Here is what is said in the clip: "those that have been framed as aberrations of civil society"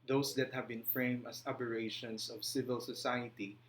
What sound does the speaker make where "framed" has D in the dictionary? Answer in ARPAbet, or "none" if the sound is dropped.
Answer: none